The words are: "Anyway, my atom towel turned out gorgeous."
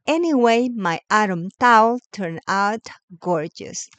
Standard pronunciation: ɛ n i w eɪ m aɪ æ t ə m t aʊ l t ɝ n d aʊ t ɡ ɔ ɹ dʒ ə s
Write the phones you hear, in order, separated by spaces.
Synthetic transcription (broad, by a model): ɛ n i w eɪ m aɪ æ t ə m t aʊ l t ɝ n aʊ t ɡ ɔ ɹ dʒ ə s